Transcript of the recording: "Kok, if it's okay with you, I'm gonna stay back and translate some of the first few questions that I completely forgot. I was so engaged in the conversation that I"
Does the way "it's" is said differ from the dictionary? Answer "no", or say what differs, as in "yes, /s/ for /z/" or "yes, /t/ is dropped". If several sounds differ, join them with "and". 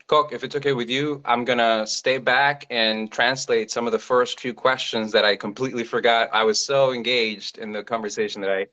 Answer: no